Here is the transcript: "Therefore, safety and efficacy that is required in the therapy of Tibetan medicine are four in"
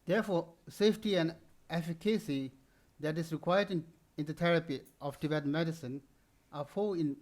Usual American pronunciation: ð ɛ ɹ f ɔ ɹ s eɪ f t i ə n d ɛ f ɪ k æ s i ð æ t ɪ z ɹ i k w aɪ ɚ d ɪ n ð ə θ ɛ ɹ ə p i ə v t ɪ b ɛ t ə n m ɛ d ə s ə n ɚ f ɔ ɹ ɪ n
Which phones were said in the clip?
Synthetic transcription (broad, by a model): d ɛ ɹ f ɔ s eɪ f t i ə n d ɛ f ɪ k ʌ s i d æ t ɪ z ɹ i k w aɪ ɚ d ɪ n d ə t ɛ ɹ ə p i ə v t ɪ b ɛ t m ɛ d ə s ə n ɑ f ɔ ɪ n